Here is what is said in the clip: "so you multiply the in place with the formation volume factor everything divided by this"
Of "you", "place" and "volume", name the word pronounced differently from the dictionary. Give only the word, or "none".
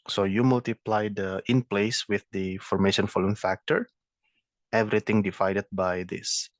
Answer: volume